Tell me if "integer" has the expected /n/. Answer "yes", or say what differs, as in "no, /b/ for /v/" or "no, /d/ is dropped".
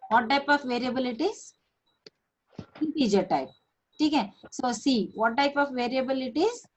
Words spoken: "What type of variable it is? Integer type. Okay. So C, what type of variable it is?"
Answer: no, /n/ is dropped